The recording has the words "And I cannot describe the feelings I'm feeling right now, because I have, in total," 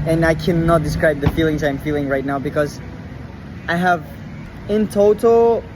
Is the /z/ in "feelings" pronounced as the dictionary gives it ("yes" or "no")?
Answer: yes